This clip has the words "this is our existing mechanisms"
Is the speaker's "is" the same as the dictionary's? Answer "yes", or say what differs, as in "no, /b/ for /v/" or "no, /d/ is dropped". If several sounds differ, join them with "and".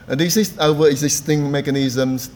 no, /s/ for /z/